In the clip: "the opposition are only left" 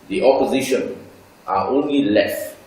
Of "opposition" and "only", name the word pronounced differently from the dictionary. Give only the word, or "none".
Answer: none